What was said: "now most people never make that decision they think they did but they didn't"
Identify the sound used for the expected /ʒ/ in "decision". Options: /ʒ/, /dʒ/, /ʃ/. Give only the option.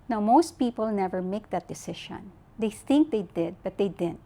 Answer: /ʃ/